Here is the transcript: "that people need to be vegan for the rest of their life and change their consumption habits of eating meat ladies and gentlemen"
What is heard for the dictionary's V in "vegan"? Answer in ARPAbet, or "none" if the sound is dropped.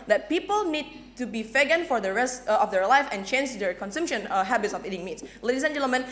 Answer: F